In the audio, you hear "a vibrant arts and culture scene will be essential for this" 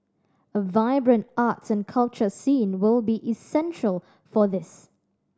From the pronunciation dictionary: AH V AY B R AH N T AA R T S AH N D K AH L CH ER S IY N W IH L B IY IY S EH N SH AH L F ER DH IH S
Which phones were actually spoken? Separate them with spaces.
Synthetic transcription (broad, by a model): AH V AY B R AH N T AA T S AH N K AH L CH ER S IY N W IH L B IY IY S EH N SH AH L F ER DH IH S